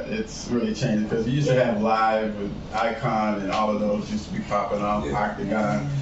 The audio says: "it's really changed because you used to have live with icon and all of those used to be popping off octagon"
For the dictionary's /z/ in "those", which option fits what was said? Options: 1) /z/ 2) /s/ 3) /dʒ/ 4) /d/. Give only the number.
1